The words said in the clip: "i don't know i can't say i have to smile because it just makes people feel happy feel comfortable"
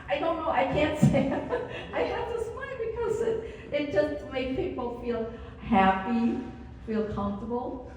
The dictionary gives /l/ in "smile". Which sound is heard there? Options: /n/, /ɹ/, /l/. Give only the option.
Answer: /n/